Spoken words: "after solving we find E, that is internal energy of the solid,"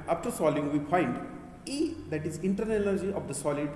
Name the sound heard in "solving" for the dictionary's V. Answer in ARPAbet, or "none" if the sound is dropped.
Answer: none